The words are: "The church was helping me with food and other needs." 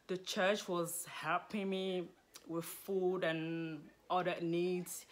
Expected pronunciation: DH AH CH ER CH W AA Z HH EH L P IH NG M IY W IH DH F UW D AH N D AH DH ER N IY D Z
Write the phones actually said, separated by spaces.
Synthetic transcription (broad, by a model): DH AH CH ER CH W AA Z HH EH P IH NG M IY W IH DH F UW D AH N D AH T N IY D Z